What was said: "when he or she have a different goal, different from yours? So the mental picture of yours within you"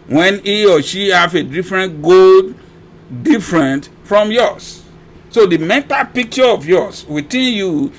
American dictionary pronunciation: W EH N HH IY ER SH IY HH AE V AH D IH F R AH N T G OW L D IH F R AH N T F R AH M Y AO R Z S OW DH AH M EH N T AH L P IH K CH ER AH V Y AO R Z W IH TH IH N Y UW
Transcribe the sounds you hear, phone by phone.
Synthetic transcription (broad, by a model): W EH N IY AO SH IY HH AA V AH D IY F R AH N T G OW L D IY F R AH N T F R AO M Y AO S S OW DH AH M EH T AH P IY K CH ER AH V Y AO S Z W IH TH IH N Y UW